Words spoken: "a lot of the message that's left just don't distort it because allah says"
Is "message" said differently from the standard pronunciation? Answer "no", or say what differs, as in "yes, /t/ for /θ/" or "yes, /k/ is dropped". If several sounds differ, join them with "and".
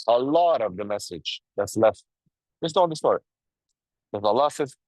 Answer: no